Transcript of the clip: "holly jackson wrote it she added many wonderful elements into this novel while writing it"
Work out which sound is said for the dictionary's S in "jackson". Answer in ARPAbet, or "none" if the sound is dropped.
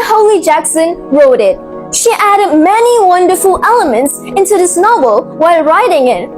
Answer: S